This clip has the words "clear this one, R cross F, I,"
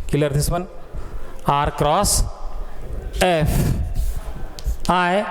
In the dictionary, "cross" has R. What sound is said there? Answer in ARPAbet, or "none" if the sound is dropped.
R